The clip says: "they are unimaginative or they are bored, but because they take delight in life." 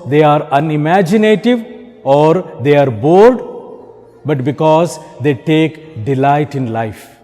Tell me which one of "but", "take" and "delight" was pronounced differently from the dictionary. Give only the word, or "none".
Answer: none